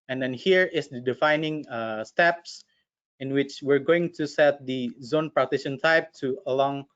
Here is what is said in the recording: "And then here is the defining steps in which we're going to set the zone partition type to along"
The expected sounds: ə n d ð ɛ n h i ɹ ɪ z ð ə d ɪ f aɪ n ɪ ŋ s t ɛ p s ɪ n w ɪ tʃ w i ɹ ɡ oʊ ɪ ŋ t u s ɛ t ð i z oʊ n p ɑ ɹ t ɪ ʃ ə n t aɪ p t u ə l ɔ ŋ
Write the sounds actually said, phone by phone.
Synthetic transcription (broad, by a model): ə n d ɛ n h i ɹ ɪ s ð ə d ɪ f aɪ n ɪ ŋ s t ɛ p s ɪ n w ɪ tʃ w i ɹ ɡ oʊ ɪ ŋ t u s ɛ t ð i z oʊ n p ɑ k t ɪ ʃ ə n t aɪ p t u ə l ɔ ŋ